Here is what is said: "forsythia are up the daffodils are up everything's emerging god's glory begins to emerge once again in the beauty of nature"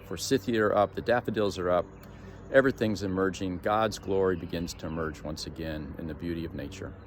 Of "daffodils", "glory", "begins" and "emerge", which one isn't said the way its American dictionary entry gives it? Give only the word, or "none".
none